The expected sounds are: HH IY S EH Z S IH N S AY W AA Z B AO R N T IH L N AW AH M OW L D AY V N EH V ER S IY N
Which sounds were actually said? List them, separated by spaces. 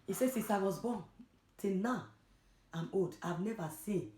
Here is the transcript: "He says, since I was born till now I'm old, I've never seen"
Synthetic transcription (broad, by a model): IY S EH S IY S AY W AA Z B AO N T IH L N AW AH M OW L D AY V N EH V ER S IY N